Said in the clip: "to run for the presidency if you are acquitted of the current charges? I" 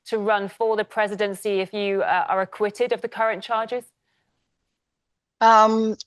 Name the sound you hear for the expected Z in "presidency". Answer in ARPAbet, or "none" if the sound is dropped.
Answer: Z